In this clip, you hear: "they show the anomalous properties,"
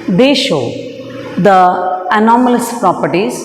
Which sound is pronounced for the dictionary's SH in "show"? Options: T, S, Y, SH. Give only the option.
SH